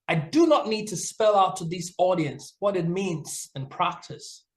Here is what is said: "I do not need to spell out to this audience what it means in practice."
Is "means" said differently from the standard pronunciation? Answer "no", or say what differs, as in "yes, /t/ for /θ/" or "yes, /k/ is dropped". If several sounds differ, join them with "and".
no